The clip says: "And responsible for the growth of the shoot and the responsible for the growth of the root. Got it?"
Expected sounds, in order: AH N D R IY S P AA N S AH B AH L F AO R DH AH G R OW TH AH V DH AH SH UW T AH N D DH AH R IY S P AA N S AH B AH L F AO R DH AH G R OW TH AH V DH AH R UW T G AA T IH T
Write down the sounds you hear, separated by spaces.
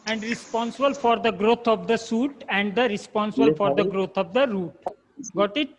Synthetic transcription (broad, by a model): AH N D R IY S P AA N S AH B AH L F AO R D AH G R OW T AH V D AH S UW T AH N D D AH R IY S P AA N S AH B AH L F AO R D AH G R OW T AH V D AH R UW T G AA T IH T